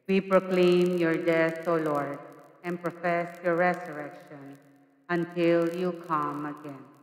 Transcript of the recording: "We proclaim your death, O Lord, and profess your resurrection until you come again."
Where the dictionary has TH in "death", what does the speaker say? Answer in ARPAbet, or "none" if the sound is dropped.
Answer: T